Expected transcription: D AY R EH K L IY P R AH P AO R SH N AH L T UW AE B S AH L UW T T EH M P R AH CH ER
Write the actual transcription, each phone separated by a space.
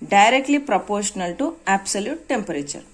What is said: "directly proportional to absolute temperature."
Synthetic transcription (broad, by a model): D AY R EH K L IY P R AH P AO R SH N AH L T UW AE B S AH L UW T T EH M P R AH CH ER